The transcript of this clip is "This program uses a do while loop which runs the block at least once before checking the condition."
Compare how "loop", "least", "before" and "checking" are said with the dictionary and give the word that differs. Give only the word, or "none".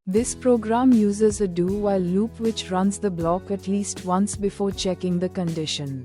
none